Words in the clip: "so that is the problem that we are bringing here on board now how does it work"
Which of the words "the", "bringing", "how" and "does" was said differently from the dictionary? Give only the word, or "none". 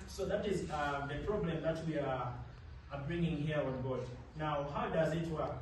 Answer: none